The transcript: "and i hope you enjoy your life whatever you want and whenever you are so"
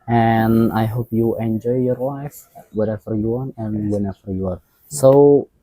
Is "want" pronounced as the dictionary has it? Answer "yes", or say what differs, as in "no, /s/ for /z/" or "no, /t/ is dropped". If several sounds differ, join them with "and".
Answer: no, /t/ is dropped